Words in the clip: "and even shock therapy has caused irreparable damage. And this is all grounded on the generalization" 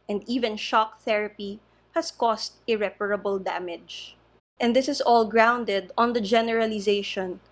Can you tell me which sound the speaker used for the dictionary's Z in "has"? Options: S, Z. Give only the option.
S